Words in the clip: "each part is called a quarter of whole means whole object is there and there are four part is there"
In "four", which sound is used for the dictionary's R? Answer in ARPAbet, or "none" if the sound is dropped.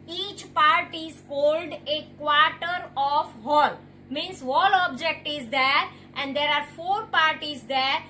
R